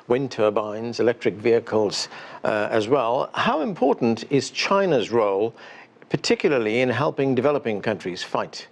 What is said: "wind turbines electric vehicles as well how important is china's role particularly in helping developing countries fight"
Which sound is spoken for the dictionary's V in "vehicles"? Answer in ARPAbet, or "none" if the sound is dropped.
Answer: V